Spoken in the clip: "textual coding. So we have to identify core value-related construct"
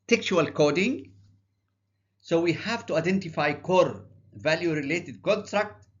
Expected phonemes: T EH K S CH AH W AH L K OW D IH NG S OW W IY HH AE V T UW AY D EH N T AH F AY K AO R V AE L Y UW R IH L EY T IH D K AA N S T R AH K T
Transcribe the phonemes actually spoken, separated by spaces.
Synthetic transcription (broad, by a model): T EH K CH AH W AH L K OW D IH NG S OW W IY HH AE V T UW AY D EH N T AH F AY K AO R V AE L Y UW R IH L EY T IH D K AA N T R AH K T